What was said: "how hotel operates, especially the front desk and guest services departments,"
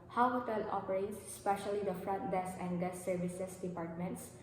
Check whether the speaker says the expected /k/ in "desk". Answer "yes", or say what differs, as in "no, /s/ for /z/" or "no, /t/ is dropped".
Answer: no, /k/ is dropped